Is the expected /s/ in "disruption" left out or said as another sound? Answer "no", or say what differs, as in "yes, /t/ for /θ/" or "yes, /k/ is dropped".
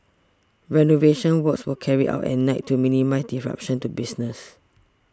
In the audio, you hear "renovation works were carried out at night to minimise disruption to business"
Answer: yes, /s/ is dropped